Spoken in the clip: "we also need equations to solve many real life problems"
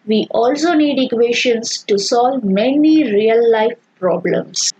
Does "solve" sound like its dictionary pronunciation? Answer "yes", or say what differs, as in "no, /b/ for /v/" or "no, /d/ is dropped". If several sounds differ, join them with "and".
yes